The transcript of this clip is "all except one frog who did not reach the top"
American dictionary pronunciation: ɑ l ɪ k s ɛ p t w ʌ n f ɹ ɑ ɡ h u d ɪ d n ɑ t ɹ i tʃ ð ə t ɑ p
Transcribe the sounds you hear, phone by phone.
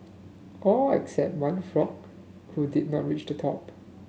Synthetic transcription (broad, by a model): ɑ ɪ k s ɛ p t w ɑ n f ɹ ɑ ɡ h u d ɪ d n ɑ t ɹ i tʃ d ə t ɑ p